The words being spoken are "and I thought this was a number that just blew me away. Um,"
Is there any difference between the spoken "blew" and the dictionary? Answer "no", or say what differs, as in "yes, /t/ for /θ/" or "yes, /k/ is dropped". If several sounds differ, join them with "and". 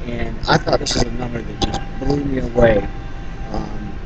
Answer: yes, /l/ is dropped